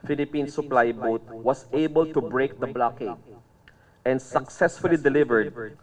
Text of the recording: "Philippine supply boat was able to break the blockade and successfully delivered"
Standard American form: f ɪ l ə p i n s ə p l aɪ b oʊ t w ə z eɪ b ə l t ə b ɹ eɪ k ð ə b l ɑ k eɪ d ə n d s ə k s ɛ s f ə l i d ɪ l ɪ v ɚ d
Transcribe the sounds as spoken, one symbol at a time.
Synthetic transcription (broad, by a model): f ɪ l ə p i n s ə p l aɪ b oʊ t w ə s eɪ b ə l t ə b ɹ eɪ k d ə b l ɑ k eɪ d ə n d s ə k s ɛ s f ə l i d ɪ l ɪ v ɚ d